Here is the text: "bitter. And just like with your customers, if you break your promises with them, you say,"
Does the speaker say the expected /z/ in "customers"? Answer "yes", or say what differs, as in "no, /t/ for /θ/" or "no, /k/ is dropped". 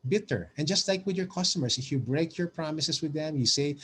no, /s/ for /z/